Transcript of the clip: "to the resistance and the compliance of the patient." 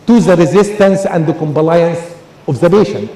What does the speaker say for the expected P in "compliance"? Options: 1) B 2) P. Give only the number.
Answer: 1